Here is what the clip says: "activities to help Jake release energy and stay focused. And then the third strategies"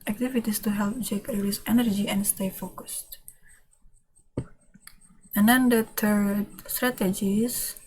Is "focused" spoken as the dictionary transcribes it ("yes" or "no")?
yes